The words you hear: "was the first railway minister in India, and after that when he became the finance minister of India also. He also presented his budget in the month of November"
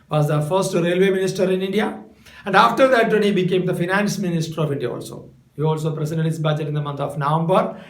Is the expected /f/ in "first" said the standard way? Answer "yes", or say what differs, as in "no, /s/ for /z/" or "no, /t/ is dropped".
yes